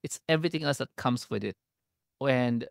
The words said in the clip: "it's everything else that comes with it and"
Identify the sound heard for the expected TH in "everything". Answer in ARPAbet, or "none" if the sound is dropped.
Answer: T